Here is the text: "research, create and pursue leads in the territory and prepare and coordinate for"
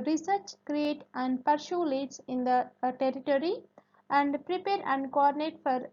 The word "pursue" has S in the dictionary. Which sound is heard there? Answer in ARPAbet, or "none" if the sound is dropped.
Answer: SH